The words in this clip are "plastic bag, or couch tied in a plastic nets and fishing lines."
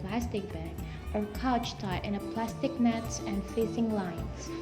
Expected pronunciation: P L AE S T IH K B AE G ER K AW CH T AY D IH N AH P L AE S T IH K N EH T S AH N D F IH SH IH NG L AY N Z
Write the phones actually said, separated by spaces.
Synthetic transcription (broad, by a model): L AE S T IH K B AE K ER K AW CH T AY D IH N AH P L AE S T IH K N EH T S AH N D F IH S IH NG L AY N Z